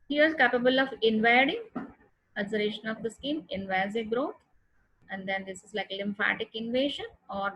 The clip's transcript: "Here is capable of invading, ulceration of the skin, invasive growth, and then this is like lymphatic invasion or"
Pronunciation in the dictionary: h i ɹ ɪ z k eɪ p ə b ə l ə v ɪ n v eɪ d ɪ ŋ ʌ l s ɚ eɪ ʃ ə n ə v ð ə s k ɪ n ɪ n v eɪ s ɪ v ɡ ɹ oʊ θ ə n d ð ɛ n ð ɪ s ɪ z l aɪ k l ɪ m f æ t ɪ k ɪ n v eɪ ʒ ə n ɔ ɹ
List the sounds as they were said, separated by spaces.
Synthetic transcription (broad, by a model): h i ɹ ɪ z k eɪ p ə b ə l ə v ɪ n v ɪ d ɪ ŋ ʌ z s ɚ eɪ ʃ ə n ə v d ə s k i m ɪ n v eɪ ɪ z ɡ ɹ oʊ t ə n d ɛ n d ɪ s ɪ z l aɪ k l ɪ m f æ t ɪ k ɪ n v eɪ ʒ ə n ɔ ɹ